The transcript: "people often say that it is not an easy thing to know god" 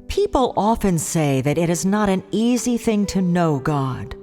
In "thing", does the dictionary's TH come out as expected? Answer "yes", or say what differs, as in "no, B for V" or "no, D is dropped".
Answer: yes